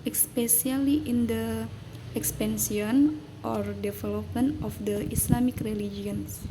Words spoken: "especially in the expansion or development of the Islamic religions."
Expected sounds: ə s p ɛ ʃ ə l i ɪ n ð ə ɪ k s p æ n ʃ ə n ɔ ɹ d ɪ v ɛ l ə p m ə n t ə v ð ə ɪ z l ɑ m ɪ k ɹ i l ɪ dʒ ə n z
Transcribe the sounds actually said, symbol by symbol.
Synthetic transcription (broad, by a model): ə s p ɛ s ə l i ɪ n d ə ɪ k s p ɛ n s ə n ɔ ɹ d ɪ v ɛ l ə p m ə n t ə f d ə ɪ s l ɑ m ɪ k ɹ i l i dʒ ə n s